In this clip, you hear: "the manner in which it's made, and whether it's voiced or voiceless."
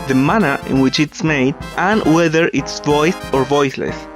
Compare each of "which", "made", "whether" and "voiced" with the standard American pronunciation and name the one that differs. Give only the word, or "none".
voiced